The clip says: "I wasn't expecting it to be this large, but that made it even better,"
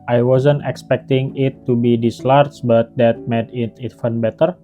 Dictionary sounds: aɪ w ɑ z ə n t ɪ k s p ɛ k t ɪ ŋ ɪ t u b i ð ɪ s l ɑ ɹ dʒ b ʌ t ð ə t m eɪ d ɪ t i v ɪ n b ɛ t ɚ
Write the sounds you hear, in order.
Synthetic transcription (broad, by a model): aɪ w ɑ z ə n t ɪ k s p ɛ k t ɪ ŋ ɪ t u b i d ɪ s l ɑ ɹ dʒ b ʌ t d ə t m eɪ d ɪ t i f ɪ n b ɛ t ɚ